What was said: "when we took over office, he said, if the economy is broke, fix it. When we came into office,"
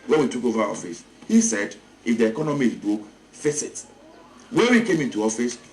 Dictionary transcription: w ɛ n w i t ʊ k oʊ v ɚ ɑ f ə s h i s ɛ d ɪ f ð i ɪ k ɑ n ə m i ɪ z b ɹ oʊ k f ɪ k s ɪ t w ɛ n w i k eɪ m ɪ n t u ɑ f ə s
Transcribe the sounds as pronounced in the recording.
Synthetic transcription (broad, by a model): w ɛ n w i t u k oʊ v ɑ ɑ f ə s h i s ɛ d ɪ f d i ɪ k ɑ n ə m i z b ɹ oʊ k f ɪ s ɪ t w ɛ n w i k eɪ m ɪ n t u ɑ f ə s